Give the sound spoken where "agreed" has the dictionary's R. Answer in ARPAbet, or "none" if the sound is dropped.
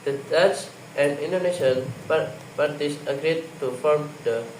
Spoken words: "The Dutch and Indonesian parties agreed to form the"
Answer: R